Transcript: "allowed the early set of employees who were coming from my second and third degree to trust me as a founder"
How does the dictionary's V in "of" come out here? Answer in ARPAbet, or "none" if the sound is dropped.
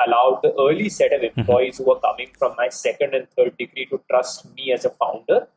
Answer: V